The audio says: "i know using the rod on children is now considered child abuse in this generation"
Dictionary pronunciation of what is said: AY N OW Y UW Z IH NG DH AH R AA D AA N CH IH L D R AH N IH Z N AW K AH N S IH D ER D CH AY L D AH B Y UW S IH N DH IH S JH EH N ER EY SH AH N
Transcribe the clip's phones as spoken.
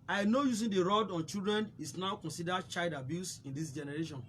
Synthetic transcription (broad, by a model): AY N OW Y UW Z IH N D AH R AA D AA N CH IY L D R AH N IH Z N AW K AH N S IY D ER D CH AY L D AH B Y UW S IH N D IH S JH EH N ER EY SH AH N